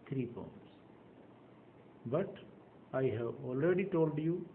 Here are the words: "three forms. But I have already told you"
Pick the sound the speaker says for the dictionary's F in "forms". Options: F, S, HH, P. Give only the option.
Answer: P